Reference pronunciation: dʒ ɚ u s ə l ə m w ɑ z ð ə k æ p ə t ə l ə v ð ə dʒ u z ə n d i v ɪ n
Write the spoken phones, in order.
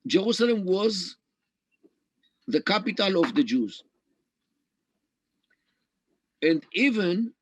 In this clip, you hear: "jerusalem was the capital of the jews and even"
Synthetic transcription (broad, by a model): dʒ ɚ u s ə l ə m w ɑ z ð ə k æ p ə t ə l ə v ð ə dʒ u z ə n d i v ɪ n